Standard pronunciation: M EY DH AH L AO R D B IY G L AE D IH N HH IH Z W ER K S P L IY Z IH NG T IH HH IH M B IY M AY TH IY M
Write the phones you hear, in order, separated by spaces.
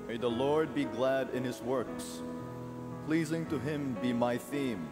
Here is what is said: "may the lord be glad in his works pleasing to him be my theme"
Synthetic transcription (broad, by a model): M EY DH AH L AO R D B IY G L AE D IH N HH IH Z W ER K S P L IY Z IH NG T IH HH IH M B IY M AY TH IY M